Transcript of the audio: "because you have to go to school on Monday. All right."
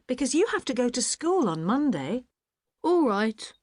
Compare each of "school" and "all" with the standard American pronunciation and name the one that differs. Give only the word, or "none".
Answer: none